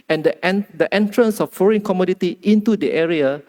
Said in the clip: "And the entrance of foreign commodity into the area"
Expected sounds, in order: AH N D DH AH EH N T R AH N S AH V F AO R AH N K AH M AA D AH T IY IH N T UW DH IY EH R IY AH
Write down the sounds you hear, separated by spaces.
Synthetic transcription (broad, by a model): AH N D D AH EH N T R AH N S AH F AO R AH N K AH M AA D AH T IY IH N T UW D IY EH R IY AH